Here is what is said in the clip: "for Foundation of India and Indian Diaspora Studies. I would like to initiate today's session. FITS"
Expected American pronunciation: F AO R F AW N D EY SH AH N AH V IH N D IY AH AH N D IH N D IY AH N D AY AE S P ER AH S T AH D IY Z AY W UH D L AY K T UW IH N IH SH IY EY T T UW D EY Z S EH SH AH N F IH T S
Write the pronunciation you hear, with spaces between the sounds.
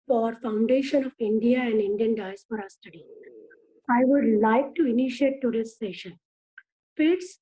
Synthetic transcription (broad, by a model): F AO R F AW N D EY SH AH N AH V IH N D IY AH AH N D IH N D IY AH N D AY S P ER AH S T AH D IY AY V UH D L AY K T UW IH N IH SH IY EY T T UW D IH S S EH SH AH N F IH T S